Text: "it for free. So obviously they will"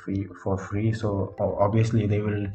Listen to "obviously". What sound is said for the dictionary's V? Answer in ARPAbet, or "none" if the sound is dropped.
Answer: none